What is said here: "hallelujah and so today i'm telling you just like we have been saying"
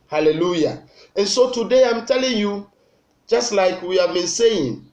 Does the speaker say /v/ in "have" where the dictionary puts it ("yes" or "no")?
yes